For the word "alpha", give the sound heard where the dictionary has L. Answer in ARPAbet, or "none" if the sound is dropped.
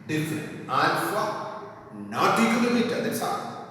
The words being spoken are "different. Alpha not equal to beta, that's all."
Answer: N